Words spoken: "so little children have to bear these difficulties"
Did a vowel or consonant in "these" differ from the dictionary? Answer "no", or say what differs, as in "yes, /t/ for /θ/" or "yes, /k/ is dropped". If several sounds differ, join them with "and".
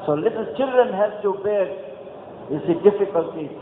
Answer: yes, /z/ is dropped